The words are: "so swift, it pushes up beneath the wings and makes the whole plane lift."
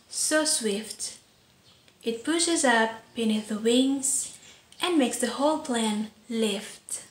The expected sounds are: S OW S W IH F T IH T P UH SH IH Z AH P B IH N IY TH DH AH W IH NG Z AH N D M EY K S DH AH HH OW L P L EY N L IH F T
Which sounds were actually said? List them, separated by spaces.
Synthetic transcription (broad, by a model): S OW S W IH F T IH T P UH SH IH Z AH P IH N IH DH AH W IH NG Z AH N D M EY K S DH AH HH OW L P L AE N L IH F T